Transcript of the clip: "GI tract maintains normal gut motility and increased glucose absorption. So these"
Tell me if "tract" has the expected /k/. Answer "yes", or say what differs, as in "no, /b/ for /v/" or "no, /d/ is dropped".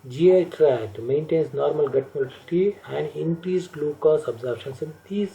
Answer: no, /k/ is dropped